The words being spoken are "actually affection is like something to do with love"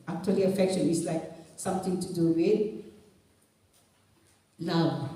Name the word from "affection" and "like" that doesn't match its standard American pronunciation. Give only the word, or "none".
none